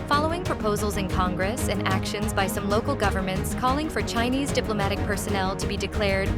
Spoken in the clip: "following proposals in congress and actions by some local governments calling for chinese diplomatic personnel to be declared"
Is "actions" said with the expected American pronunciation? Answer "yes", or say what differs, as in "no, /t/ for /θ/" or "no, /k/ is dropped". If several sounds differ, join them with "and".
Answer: yes